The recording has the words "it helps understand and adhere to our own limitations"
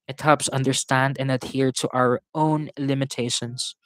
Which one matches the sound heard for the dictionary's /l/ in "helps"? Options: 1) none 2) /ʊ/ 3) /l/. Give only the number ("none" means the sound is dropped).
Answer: 1